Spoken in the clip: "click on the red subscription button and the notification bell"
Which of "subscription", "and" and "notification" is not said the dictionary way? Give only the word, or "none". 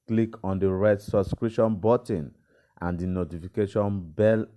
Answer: subscription